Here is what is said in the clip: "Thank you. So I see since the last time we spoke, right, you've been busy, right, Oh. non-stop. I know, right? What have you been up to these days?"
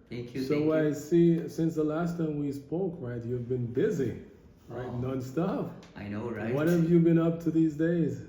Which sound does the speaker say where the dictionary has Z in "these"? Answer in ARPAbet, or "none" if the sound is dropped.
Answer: Z